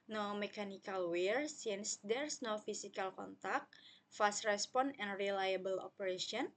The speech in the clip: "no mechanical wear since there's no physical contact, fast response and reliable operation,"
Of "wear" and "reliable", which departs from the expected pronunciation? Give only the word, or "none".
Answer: none